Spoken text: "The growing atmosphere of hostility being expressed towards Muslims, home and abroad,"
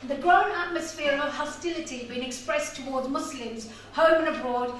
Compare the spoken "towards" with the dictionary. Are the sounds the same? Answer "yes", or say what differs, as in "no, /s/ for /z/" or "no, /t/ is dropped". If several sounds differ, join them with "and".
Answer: yes